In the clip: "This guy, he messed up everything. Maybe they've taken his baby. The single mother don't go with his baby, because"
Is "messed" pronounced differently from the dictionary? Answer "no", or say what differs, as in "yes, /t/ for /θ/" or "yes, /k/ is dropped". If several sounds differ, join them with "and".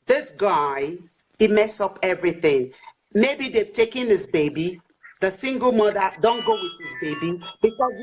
yes, /t/ is dropped